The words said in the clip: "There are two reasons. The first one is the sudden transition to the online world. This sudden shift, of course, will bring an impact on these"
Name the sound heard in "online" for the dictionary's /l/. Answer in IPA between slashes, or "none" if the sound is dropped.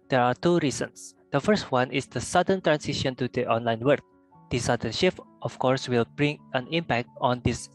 /l/